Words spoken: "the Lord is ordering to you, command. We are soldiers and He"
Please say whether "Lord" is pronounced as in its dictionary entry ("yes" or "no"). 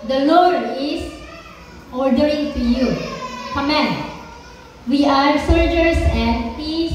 yes